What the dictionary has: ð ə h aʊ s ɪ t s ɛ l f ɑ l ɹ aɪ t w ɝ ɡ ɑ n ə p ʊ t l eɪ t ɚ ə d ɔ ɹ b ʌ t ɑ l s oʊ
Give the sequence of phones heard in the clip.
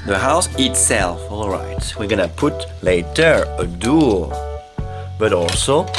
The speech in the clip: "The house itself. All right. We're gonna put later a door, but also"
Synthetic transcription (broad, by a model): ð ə h aʊ s ɪ t s ɛ l f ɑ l ɹ aɪ t w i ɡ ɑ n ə p ʊ t l eɪ t ɚ ə d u l b ʌ t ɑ l s oʊ